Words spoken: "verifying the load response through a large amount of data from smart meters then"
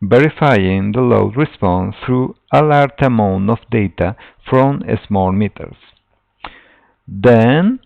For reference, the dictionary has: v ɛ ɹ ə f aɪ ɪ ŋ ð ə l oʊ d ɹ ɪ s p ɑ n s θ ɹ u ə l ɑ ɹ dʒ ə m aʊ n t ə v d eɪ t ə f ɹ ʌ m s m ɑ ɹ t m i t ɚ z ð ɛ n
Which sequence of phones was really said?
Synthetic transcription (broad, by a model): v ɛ ɹ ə f aɪ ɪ ŋ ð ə l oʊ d ɹ ɪ s p ɑ n s θ ɹ u ə l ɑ ɹ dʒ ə m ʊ n ə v d eɪ t ə f ɹ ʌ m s m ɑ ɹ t m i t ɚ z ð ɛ n